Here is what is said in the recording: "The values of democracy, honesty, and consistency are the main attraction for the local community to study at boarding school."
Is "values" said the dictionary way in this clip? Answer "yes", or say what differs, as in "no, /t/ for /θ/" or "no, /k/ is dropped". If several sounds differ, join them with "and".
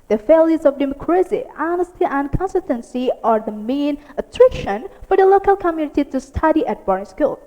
no, /f/ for /v/